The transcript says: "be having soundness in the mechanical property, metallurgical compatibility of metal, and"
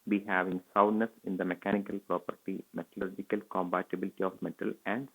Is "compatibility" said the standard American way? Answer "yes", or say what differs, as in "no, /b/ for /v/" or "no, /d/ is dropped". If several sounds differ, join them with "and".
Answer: no, /b/ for /p/